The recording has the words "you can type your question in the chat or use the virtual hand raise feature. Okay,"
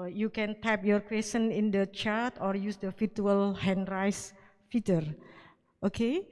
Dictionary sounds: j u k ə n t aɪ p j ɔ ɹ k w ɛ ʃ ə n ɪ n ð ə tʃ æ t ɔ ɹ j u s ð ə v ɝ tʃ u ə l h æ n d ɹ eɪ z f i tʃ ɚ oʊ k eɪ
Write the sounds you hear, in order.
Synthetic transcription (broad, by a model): j u k ə n t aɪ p j ɔ ɹ k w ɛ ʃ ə n ɪ n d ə tʃ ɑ t ɔ ɹ j u s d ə f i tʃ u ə l h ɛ n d ɹ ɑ s f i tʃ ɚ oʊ k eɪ